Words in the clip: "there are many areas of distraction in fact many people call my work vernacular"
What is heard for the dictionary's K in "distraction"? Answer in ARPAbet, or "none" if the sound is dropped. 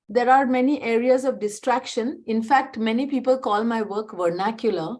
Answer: K